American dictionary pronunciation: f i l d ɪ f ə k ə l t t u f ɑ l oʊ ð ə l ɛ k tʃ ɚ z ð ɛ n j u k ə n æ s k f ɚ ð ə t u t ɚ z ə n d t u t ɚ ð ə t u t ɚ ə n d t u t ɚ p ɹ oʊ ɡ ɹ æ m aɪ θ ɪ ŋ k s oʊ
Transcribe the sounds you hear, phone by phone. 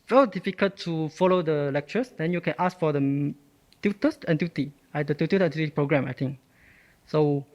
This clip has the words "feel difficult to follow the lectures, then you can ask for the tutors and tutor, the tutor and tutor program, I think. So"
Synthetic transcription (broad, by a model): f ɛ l d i f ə k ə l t t u f ɑ l oʊ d ə l ɛ k tʃ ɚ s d ɛ n j u k ə n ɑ s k f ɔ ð ə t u t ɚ s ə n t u t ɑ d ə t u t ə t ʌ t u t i p ɹ oʊ ɡ ɹ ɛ m aɪ t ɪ ŋ k s oʊ